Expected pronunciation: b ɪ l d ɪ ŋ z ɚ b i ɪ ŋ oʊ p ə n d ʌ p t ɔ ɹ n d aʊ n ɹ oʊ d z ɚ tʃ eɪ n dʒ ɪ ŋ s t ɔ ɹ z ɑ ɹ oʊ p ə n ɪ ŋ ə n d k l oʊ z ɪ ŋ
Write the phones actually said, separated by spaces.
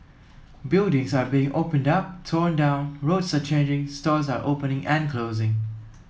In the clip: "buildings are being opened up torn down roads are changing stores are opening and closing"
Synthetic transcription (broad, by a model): b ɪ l d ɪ ŋ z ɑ b i ɪ ŋ oʊ p ə n d ʌ p t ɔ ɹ n d aʊ n ɹ oʊ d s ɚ tʃ eɪ n dʒ ɪ ŋ s t ɔ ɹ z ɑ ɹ oʊ p ə n ɪ ŋ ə n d k l oʊ z ɪ ŋ